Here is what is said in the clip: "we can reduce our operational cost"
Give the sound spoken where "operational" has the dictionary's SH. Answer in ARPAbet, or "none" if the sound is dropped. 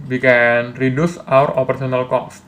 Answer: S